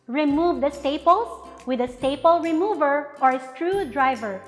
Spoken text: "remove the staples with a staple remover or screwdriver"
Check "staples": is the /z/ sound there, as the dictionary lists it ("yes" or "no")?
no